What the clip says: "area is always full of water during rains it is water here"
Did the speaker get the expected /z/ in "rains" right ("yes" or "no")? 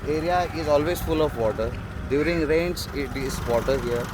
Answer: no